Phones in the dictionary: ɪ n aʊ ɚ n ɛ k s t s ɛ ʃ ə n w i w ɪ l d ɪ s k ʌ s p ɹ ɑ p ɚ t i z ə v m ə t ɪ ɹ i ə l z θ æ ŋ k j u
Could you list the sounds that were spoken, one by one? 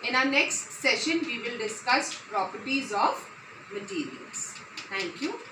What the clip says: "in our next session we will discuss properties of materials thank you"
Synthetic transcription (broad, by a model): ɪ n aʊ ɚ n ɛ k s t s ɛ ʃ ə n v i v ɪ l d ɪ s k ʌ s p ɹ ɑ p ɚ t i z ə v m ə t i ɹ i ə l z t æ ŋ k j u